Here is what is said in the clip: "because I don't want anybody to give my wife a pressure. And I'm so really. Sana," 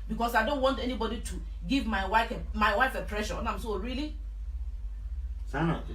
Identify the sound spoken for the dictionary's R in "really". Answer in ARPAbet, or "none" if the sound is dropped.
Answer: R